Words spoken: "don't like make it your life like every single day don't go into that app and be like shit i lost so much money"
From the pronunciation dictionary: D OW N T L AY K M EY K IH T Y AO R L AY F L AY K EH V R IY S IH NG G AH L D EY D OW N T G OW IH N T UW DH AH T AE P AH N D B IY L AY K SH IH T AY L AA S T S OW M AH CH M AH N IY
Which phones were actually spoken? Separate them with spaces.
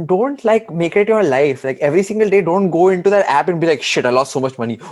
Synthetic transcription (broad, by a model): D OW N T L AY K M EY K IH T Y AO R L AY F L AY K EH V R IY S IH NG G AH L D EY D OW N T G OW IH N T UW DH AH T AE P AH N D B IY L AY K SH IH T AY L AA S T S OW M AH CH M AH N IY